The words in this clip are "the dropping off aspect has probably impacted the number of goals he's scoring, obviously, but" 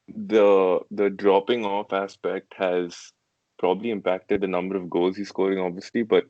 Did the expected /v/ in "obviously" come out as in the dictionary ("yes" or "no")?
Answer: yes